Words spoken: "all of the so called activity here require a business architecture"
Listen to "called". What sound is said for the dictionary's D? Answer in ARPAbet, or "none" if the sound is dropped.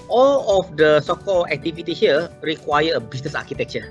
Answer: none